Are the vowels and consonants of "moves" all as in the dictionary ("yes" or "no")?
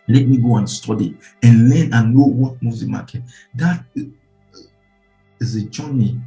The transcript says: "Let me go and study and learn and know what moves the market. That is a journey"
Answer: no